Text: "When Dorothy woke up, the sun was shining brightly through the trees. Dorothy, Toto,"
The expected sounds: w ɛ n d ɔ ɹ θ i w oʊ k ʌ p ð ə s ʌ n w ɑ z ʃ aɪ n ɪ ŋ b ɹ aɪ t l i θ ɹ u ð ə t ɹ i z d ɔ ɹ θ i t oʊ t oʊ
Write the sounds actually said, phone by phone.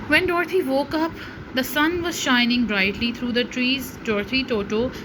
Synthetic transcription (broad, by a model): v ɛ n d ɔ ɹ t i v oʊ k ʌ p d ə s ʌ n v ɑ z ʃ aɪ n ɪ ŋ b ɹ aɪ t l i t ɹ u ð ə t ɹ i z d ɔ ɹ t i t oʊ t oʊ